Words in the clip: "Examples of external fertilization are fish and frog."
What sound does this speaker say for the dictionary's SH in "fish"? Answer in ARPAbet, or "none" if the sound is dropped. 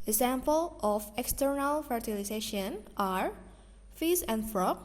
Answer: S